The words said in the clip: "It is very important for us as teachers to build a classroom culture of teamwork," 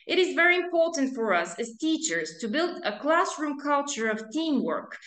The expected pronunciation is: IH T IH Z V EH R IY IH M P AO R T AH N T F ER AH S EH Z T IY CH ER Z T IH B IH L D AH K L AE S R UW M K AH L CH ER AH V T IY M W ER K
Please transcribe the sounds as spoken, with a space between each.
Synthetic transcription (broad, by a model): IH T IH Z V EH R IY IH M P AO R T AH N T F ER AH S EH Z T IY CH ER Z T IH B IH L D AH K L AE S R UW M K AH L CH ER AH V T IY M W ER K